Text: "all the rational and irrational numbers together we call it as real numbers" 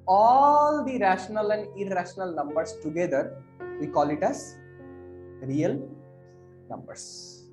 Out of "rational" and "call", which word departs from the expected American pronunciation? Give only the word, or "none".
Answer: none